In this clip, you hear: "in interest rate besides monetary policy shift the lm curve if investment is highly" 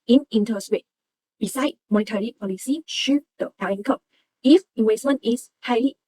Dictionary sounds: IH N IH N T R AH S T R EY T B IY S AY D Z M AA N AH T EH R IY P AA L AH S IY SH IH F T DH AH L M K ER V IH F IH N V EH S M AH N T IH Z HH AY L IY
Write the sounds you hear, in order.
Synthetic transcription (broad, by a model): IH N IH N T AH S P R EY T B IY S AY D M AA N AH T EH R IY P AA L AH S IY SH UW T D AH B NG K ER P IH F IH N W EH S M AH N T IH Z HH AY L IY